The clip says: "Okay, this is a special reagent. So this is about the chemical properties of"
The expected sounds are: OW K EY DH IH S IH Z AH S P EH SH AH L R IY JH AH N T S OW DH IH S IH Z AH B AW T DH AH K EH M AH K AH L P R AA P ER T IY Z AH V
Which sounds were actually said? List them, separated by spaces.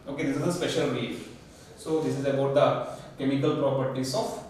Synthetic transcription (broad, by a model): OW K EY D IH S IH Z AH S P EH SH AH L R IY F S OW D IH S IH Z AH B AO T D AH K EH M AH K AH L P R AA P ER T IY S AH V